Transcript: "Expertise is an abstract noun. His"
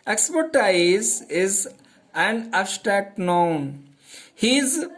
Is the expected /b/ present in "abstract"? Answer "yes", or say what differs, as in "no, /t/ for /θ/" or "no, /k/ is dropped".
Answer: no, /b/ is dropped